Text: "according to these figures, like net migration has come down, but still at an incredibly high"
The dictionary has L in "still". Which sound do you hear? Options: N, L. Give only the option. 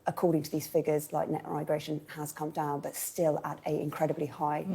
L